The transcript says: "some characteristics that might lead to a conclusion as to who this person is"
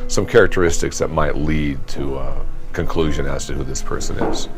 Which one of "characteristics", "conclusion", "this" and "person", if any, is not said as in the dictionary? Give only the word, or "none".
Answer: none